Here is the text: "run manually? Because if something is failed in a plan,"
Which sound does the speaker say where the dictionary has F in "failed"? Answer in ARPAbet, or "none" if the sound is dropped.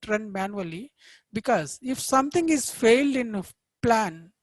F